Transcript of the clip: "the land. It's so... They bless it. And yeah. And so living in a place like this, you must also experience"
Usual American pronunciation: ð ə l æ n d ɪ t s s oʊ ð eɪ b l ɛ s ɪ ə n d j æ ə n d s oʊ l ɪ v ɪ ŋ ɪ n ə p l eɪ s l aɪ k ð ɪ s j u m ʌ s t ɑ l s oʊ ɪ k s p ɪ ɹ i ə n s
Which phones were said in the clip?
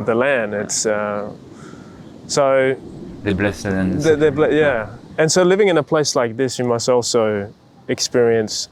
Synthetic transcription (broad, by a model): ð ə l æ n d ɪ t s s oʊ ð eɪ b l ɛ s ɪ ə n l j æ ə n s oʊ l ɪ v ɪ ŋ ɪ n ə p l eɪ s l aɪ k ð ɪ s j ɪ m ʌ s t ɑ l s oʊ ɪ k s p ɪ ɹ i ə n s